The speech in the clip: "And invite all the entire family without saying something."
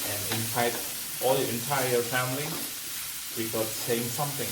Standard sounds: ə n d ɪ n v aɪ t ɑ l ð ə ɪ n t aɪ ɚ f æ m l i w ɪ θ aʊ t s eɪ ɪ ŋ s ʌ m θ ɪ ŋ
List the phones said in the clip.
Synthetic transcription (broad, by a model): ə n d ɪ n f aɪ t ɑ l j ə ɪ n t aɪ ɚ f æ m l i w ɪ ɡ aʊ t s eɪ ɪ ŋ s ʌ m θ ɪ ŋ